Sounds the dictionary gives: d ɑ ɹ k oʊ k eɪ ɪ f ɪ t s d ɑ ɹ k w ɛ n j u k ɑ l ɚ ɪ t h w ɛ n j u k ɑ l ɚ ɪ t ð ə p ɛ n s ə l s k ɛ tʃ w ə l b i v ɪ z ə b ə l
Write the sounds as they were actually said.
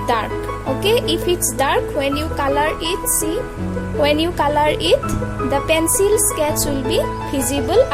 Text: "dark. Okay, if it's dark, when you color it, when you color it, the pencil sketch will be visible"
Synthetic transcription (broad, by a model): d ɑ ɹ k oʊ k eɪ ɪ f ɪ t s d ɑ ɹ k w ɛ n j u k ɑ l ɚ ɪ t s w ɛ n j u k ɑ l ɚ ɪ t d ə p ɛ n s ə l s k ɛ s w ə l b i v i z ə b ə l